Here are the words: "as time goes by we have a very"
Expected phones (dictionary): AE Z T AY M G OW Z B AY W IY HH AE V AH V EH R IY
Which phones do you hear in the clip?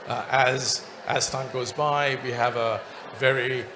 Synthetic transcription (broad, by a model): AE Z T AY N G OW Z B AY W IY HH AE V AH V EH R IY